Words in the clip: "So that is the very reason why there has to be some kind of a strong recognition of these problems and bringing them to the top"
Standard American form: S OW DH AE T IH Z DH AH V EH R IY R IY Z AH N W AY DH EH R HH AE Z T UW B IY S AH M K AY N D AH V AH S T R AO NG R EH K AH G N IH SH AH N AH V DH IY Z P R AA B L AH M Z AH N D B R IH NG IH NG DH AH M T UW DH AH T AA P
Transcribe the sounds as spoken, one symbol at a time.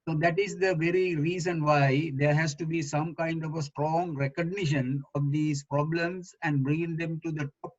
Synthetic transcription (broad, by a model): S OW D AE T IH Z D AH V EH R IY R IY Z AH N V AY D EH R HH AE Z T UW B IY S AH M K AY N D AH V AH S T R AO NG R EH K AH G N IH SH AH N AH V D IY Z P R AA B L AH M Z AH N D B R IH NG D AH M T UW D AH T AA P